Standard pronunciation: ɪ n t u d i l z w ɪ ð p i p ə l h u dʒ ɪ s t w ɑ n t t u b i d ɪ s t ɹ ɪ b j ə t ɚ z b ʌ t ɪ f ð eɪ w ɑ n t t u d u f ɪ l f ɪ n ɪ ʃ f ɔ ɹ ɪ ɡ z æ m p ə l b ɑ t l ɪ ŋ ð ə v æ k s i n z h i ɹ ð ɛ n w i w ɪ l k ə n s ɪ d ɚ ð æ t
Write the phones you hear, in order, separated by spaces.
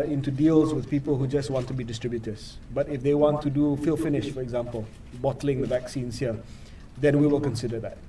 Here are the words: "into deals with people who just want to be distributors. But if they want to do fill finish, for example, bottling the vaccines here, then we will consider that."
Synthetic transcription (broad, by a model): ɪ n t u d i l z w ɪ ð p i p ə l h u dʒ ɪ s t w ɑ n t t u b i d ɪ s t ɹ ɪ b j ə t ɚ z b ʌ t ɪ f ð eɪ w ɑ n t t u d u f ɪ l f ɪ n ɪ ʃ f ɔ ɹ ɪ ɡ z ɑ m p ə l b ɑ t l ɪ ŋ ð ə v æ k s i n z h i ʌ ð ɛ n w i w ɪ l k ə n s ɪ d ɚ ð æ t